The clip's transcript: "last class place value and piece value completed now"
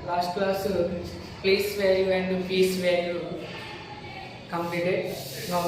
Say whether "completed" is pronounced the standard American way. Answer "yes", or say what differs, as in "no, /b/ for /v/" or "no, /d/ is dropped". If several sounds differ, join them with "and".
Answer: no, /l/ is dropped